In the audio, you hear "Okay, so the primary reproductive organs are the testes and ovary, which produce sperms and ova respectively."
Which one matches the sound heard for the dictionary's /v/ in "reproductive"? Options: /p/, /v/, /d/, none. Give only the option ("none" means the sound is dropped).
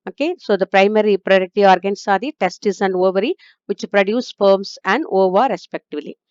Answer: none